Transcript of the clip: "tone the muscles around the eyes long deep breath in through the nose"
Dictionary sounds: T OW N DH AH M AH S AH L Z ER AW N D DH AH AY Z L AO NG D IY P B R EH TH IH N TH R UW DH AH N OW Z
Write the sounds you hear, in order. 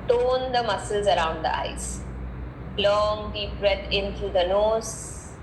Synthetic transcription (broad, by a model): T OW N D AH M AH S AH L Z ER AW N D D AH AY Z L AO NG D IY P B R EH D IH N T R UW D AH N OW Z